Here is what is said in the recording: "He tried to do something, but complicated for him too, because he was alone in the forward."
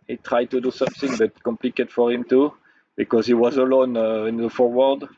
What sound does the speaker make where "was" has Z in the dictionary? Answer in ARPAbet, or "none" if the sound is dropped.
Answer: Z